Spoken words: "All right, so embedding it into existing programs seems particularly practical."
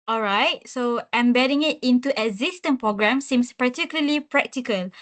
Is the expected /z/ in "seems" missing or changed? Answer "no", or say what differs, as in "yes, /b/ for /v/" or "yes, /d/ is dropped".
yes, /s/ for /z/